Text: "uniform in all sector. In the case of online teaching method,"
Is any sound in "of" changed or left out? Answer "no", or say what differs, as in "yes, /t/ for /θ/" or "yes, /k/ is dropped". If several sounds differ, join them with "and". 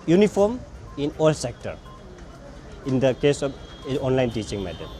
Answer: yes, /p/ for /v/